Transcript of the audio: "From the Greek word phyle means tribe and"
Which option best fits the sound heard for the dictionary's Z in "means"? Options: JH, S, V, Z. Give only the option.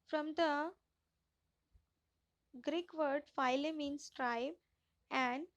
S